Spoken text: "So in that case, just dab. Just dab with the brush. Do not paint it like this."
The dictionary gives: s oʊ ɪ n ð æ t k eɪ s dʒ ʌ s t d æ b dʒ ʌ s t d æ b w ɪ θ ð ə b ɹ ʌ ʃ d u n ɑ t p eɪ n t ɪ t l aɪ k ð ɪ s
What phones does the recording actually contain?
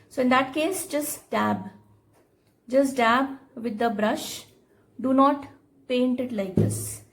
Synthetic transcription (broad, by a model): s oʊ ɪ n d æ t k eɪ s dʒ ʌ s t d æ b dʒ ʌ s t d æ b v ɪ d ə b ɹ ʌ ʃ d u n ɑ t p eɪ n t ɪ t l aɪ k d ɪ s